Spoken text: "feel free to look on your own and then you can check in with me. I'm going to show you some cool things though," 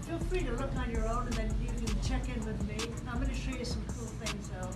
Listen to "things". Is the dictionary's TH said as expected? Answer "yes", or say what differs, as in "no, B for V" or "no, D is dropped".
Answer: yes